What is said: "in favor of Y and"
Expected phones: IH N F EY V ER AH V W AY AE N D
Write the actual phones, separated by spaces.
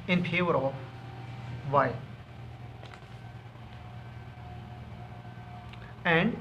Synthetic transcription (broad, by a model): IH N P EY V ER AH V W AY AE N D